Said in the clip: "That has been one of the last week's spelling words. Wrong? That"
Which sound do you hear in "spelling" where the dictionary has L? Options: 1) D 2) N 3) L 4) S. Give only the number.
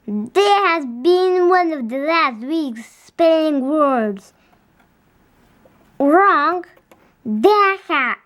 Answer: 2